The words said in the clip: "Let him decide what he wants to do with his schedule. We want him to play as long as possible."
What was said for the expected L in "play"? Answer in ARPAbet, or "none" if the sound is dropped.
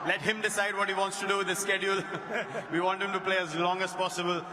L